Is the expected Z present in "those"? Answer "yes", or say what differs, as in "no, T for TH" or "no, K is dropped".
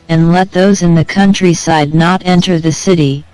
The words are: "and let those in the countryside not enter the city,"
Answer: yes